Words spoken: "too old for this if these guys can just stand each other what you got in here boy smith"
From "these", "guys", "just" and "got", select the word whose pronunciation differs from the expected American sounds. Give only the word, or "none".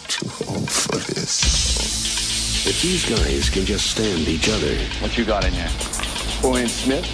none